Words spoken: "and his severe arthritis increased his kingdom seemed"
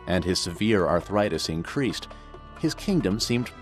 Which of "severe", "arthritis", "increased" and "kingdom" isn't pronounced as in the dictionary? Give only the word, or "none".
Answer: none